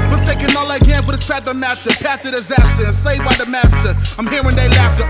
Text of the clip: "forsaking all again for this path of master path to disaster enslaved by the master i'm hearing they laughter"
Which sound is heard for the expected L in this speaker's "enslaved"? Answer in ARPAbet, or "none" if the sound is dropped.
none